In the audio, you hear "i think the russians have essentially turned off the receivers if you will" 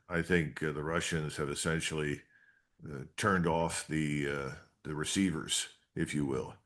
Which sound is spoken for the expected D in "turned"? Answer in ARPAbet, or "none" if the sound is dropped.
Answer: D